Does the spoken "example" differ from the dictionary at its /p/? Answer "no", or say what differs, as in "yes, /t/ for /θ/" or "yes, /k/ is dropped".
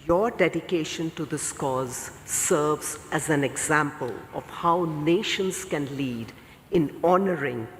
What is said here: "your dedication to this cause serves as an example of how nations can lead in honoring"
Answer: no